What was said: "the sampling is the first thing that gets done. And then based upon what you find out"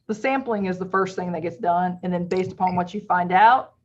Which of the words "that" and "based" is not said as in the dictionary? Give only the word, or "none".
none